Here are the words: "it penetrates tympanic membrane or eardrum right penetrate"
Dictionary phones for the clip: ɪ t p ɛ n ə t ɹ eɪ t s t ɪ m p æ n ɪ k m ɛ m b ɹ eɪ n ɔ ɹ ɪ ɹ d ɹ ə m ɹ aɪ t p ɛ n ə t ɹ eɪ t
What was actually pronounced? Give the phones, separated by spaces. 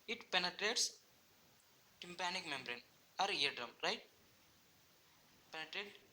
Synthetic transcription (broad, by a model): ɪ t p ɛ n ə t ɹ eɪ t s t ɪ m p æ n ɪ k m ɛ m b ɹ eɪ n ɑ ɹ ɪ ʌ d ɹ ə m ɹ aɪ t p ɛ n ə t ɹ eɪ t